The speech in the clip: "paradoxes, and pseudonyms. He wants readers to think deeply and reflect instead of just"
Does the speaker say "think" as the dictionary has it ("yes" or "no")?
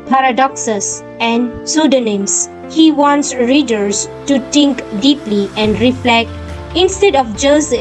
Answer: no